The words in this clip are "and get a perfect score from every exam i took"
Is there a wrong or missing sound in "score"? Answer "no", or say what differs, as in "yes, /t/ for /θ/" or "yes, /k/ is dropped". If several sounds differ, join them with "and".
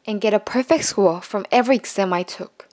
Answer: yes, /l/ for /ɹ/